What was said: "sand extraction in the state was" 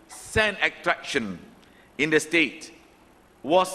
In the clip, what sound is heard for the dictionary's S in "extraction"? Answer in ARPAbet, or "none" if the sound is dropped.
none